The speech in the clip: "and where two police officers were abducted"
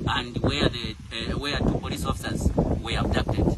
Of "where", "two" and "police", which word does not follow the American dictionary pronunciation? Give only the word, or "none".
where